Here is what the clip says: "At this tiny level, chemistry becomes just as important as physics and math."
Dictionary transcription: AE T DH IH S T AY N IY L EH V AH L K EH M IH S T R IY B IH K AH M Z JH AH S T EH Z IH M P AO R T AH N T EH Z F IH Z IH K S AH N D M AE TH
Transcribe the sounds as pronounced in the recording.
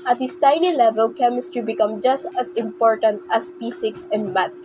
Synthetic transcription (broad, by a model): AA T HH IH S T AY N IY L EH V AH L K EH M IH S T R IY B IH K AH M JH AH S T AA S IH M P AO R T AH N T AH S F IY S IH K S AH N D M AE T